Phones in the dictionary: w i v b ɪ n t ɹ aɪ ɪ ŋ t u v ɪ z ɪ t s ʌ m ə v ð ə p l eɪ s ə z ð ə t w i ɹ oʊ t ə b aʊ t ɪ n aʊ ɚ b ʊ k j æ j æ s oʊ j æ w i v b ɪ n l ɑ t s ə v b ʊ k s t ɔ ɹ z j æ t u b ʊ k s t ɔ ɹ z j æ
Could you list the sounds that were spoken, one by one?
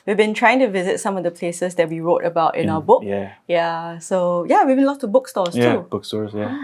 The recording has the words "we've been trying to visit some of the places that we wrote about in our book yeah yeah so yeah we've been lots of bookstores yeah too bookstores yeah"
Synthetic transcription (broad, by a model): w i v b ɪ n t ɹ aɪ ɪ ŋ t u v ɪ z ɪ t s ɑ m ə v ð ə p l eɪ s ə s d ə t w i ɹ oʊ t ə b aʊ t ɪ n aʊ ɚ b ʊ k j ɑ s oʊ j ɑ w i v b ɪ n l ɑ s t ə b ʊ k s t ɔ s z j t u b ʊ k s t ɔ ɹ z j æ